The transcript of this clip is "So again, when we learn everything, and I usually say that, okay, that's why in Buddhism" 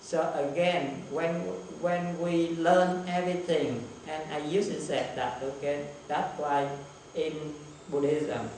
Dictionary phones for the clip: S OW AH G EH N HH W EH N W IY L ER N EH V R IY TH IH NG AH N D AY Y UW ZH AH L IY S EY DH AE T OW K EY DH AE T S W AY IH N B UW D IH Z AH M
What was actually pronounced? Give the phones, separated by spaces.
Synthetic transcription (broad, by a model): S OW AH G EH N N W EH N W IY L ER N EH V R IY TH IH NG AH N AY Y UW S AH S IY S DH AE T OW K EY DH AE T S W AY IH N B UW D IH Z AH M